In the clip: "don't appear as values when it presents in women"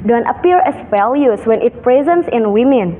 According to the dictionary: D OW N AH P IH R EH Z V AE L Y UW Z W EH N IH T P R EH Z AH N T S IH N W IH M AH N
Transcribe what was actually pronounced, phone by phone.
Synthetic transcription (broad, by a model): D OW N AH P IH R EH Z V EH L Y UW S W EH N IH T P R EH Z AH N T S IH N W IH M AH N